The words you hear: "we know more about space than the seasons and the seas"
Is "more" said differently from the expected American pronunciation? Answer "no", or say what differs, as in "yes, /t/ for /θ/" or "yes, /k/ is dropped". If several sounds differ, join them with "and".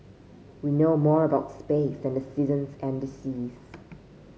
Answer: no